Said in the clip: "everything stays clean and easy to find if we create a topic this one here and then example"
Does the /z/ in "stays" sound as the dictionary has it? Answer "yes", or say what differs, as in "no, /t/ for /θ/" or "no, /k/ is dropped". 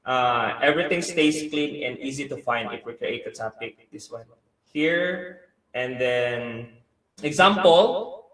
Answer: no, /s/ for /z/